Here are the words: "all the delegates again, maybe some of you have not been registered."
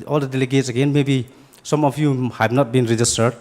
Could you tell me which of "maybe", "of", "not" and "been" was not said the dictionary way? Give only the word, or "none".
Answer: of